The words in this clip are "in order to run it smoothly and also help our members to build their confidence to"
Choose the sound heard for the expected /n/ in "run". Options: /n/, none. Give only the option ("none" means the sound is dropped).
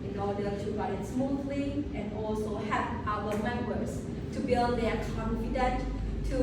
none